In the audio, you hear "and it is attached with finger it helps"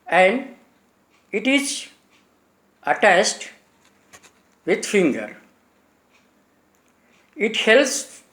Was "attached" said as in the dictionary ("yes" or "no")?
no